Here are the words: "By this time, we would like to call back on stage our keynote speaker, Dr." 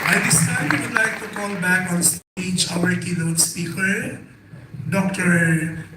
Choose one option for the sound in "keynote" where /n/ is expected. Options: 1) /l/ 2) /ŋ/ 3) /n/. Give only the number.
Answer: 1